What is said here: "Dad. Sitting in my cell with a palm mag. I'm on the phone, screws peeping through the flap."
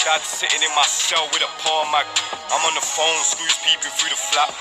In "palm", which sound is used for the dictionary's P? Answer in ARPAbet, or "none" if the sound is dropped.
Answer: P